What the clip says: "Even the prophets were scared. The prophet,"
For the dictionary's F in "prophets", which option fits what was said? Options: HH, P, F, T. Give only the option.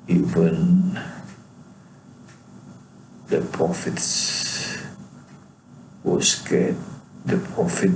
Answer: F